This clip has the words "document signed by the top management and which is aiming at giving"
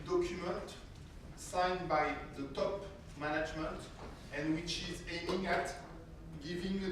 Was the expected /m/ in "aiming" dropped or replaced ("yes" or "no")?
yes